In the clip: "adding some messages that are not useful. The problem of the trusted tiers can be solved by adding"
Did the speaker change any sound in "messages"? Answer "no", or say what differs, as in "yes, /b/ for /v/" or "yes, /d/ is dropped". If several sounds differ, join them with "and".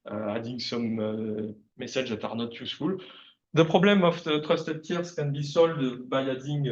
yes, /s/ is dropped